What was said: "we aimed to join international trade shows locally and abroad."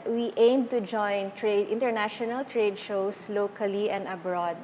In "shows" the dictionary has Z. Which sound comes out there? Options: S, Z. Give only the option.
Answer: S